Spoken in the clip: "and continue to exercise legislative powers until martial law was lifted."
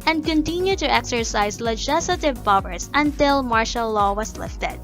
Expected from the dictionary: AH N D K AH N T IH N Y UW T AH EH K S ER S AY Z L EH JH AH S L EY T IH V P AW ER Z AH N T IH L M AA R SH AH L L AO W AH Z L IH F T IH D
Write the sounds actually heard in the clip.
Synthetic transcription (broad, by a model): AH N D K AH N T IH N Y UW T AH EH K S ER S AY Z L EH JH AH S L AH T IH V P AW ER S AH N T IH L M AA R SH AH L L AO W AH S L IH F T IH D